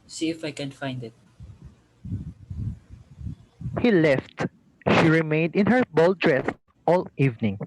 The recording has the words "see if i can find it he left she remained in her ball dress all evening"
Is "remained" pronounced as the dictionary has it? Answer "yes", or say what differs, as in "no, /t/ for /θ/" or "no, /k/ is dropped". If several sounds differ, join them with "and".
yes